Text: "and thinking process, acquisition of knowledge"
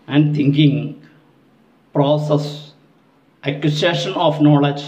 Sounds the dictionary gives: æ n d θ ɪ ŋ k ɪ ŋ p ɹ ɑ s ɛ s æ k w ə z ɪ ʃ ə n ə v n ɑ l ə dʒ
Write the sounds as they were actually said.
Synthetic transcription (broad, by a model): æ n d t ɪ ŋ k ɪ ŋ p ɹ ɑ s ɛ s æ k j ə s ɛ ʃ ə n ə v n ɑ l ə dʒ